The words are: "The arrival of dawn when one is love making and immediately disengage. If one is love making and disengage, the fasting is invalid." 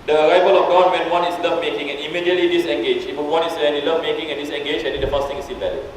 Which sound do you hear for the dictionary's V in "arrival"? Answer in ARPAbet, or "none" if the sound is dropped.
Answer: V